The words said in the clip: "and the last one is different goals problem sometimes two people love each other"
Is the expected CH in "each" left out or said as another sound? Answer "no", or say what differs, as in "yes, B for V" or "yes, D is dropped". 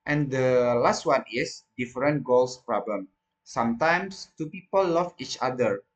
no